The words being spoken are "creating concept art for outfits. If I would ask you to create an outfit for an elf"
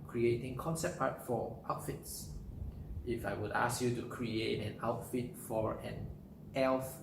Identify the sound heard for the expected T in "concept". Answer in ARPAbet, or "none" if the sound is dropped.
none